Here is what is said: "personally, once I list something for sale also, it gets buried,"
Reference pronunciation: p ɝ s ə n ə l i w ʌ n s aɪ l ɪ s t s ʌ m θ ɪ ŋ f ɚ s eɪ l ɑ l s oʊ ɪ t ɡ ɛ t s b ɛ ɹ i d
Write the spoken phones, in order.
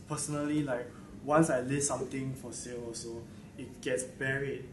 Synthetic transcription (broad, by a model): p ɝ s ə n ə l i w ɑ n s aɪ l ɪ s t s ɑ m t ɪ ŋ f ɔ s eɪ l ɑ s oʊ ɪ t ɡ ɛ t s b ɛ ɹ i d